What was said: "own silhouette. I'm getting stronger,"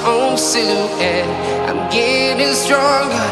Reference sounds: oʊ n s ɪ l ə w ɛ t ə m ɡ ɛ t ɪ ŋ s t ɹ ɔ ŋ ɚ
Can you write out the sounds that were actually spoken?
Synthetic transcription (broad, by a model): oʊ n s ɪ ə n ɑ ə m ɡ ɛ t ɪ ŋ s t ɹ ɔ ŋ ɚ